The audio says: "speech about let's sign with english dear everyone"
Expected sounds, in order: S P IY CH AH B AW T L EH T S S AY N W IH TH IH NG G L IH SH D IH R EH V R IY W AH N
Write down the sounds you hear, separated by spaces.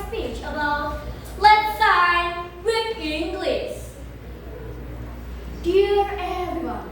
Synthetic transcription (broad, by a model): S P IY CH AH B AW T L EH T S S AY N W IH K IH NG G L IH S D IH R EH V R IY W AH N